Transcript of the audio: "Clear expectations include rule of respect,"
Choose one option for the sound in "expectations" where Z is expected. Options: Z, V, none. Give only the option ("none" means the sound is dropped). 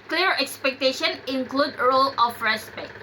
none